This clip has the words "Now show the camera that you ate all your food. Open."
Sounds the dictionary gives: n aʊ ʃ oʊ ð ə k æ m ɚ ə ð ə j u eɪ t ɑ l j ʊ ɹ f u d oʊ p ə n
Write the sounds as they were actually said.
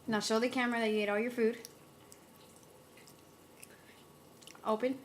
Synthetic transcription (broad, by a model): n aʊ s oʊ ð ə k æ m ɚ ə ð ə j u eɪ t ɑ l j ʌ ɹ f u d oʊ p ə n